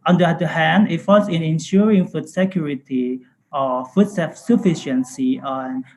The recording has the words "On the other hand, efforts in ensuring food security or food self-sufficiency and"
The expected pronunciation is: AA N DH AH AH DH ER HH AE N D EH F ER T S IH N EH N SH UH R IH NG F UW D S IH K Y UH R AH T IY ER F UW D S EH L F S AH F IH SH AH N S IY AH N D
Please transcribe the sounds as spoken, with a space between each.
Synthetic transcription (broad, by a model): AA N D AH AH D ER HH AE N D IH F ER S IH N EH N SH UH R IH NG F UW D S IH K Y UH R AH T IY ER F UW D S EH F S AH F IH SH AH N S IY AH N